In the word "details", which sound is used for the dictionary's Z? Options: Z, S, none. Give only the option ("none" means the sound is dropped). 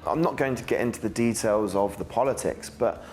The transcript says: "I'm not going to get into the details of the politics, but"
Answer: Z